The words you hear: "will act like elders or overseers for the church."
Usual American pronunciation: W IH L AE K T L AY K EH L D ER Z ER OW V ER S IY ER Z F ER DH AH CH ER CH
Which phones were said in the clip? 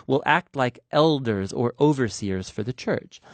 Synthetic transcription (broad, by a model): W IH L AE K T L AY K EH L D ER Z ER OW V ER S IY ER Z F ER DH AH CH ER CH